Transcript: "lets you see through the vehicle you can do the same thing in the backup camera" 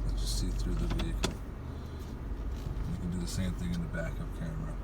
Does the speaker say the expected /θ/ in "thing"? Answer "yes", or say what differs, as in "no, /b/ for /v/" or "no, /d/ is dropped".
yes